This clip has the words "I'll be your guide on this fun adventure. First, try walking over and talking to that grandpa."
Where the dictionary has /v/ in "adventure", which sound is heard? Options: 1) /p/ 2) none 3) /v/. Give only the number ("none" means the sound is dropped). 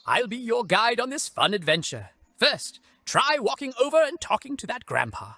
3